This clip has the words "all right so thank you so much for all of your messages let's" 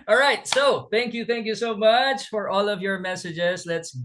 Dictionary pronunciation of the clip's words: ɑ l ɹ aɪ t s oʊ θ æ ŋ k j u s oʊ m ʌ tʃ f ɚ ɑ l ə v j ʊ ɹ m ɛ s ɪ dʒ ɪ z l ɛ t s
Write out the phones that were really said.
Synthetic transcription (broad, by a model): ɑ l ɹ aɪ t s oʊ θ æ ŋ k j u s oʊ m ʌ tʃ f ɚ ɑ l ə v j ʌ ɹ m ɛ s ɪ dʒ ɪ z l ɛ t s